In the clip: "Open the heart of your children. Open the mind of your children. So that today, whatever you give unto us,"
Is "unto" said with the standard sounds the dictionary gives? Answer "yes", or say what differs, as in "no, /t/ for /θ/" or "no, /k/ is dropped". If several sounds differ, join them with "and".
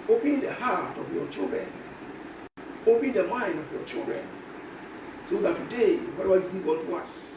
no, /n/ is dropped